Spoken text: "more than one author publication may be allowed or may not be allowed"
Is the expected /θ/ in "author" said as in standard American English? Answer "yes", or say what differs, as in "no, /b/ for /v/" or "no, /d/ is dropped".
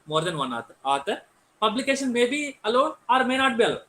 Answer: no, /t/ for /θ/